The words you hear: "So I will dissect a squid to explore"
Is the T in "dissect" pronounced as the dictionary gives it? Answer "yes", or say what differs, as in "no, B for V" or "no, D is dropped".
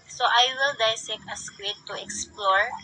no, T is dropped